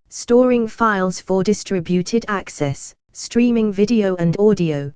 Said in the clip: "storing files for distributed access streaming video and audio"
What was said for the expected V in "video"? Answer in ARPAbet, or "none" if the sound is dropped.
V